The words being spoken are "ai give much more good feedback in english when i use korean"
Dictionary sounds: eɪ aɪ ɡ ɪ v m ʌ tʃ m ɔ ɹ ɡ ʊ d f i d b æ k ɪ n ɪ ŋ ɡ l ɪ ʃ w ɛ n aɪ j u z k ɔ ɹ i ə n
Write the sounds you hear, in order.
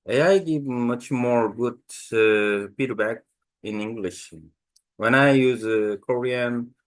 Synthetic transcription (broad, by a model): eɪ aɪ ɡ ɪ v m ʌ tʃ m ɔ ɹ ɡ ʊ d p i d b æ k ɪ n ɪ ŋ ɡ l ɪ ʃ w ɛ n aɪ j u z k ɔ ɹ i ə n